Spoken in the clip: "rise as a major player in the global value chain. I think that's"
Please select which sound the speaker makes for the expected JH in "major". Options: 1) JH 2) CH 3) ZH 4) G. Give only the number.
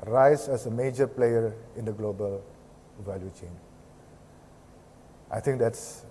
1